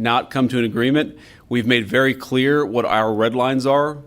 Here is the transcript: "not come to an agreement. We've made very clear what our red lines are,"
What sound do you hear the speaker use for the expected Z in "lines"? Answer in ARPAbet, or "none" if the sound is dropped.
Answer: Z